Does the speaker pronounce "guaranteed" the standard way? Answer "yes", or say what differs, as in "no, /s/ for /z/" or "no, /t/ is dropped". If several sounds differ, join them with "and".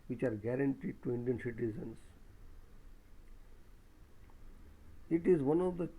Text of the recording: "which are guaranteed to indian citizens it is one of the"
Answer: yes